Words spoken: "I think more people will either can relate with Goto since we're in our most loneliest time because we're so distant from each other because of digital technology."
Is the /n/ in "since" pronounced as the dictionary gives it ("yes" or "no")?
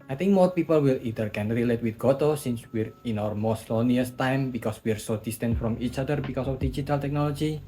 yes